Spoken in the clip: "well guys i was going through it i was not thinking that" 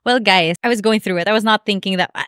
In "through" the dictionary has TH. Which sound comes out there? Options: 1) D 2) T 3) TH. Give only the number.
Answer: 3